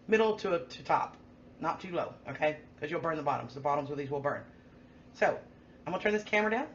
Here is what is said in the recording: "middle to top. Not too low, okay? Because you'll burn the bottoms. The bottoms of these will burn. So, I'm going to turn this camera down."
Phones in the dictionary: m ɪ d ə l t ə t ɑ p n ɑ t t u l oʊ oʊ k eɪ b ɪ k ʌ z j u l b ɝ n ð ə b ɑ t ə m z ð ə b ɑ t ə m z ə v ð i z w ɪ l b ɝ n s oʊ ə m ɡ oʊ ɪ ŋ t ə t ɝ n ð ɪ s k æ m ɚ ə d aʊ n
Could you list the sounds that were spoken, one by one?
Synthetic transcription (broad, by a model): m ɪ d l t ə t ɑ p n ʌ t t u l oʊ oʊ k eɪ ɪ k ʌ z j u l b ɝ n ð ə b ɑ t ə m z ð ə b ɑ t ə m z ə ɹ ð i z w ɪ l b ɝ n s oʊ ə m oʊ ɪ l t ə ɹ n ð ɪ s k æ m ɚ ə d aʊ n